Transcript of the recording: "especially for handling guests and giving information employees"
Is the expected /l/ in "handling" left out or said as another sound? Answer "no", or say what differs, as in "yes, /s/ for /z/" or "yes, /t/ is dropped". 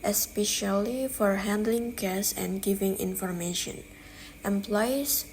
no